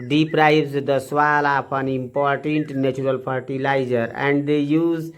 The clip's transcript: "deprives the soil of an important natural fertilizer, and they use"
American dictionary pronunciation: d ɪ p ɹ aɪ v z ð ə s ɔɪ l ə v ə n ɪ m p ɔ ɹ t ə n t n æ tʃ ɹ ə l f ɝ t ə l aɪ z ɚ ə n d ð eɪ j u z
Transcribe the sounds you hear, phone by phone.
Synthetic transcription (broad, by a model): d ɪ p ɹ aɪ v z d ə s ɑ l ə p ə n ɪ m p ɔ ɹ t ə n t n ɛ tʃ ɹ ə l p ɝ t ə l aɪ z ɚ ə n d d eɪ j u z